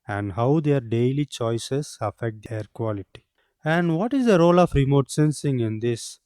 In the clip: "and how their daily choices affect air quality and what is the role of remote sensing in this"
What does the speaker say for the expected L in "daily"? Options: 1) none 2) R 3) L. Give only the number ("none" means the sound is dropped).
3